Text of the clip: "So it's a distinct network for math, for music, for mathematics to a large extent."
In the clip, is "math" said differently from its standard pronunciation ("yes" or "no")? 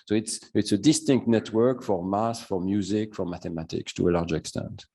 yes